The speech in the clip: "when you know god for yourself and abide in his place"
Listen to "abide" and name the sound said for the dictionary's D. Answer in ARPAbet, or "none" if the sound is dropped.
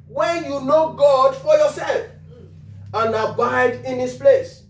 D